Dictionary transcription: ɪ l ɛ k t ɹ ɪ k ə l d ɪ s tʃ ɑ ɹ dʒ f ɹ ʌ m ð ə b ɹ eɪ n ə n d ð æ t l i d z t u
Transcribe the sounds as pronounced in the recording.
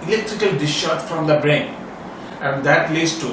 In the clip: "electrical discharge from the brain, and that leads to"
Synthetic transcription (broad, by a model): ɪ l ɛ k t ɹ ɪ k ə l d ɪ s ʃ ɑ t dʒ f ɹ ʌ m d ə b ɹ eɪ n ə n d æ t l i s t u